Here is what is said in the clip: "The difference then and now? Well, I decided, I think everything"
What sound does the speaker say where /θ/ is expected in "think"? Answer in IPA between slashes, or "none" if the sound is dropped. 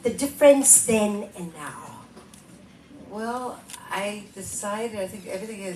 /θ/